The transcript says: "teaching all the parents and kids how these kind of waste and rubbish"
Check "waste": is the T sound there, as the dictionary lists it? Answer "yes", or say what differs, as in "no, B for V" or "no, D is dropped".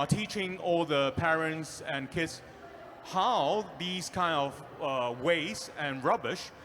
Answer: no, T is dropped